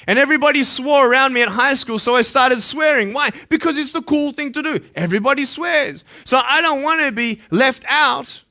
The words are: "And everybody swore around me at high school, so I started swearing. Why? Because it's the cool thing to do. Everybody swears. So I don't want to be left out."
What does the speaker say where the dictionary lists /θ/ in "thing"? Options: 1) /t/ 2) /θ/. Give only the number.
2